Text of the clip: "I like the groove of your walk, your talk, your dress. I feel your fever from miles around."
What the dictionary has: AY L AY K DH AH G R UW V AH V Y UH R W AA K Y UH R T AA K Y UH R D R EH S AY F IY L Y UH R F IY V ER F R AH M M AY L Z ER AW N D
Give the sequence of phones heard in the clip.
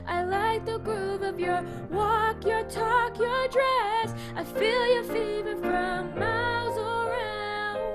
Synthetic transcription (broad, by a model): AY L AY K DH AH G R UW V AH V Y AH R W AA K Y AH R T AA K Y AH R D R EH S AY F IY L Y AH R F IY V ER F R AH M M AY L Z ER AW N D